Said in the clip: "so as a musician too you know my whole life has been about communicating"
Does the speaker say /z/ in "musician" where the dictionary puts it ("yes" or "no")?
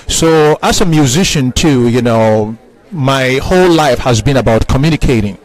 yes